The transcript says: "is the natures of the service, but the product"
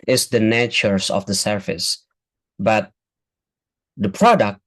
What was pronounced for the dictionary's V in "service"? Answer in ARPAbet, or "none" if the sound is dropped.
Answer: F